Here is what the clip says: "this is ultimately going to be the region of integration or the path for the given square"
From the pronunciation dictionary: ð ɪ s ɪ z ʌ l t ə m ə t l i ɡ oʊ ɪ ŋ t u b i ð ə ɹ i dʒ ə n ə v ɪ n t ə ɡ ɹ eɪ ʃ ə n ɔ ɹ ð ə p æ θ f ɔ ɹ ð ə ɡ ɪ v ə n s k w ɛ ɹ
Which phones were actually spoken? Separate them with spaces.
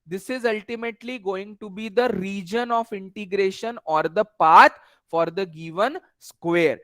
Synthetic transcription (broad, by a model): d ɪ s ɪ z ʌ l t ə m ə t l i ɡ oʊ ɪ ŋ t u b i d ə ɹ i dʒ ə n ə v ɪ n t ə ɡ ɹ eɪ ʃ ə n ɔ ɹ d ə p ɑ t f ɔ ɹ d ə ɡ ɪ v ə n s k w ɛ ɹ